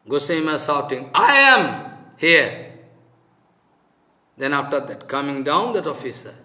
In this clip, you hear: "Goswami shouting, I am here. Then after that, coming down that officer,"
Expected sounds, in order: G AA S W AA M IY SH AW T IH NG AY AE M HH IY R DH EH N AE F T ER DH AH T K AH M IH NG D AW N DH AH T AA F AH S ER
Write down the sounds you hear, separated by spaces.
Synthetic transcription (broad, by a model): G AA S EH M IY S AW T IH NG AY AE M HH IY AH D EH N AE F T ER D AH T K AH M IH NG D AW N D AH T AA F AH S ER